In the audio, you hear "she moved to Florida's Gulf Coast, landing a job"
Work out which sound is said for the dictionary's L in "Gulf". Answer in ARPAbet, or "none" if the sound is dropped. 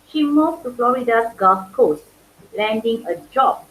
none